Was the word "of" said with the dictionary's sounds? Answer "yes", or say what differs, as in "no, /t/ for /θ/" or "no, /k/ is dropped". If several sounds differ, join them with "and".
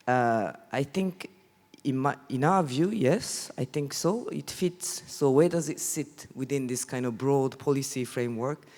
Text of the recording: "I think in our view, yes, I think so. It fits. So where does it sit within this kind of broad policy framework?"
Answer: yes